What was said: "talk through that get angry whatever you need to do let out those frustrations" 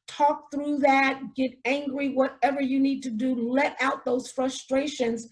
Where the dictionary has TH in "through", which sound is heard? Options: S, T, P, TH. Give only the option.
TH